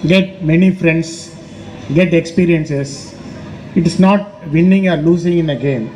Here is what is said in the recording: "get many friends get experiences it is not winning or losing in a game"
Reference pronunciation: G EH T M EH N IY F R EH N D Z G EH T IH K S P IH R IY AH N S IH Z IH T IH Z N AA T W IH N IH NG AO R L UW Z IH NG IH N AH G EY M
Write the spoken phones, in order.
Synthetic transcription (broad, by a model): G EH T M EH N IY F R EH N D S G EH T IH K S P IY R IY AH N S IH S IH T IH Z N AA T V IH N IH NG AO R L UW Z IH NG IH N AH G EY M